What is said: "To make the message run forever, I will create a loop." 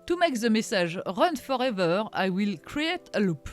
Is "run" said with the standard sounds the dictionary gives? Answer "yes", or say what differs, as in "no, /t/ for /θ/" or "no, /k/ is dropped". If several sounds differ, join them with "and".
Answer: yes